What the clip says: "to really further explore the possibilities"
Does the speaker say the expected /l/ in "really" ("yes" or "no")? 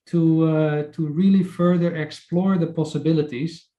yes